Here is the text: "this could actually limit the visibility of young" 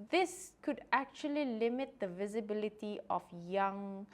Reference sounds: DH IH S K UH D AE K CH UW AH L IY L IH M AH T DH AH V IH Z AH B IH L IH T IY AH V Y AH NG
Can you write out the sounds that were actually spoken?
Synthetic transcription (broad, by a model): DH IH S K UH D AE K CH UW AH L IY L IH M AH T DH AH V IH Z AH B IH L IH T IY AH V Y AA NG